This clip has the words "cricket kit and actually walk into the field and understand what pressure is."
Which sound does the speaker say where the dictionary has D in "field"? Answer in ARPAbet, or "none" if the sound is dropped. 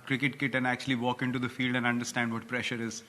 D